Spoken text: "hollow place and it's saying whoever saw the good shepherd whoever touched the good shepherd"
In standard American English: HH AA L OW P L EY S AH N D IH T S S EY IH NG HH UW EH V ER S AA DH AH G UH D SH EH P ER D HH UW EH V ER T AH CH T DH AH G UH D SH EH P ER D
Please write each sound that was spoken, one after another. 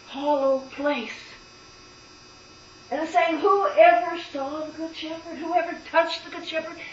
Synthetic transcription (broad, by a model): HH AA L OW P L EY S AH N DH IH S S EY IH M HH UW EH V ER S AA DH AH G UH D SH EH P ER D HH UW EH V ER T AH CH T DH AH G UH D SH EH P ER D